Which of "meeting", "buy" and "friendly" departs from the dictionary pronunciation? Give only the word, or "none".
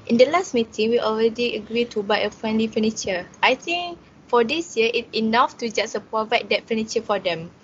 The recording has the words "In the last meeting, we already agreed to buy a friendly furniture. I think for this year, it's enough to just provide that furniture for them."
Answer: none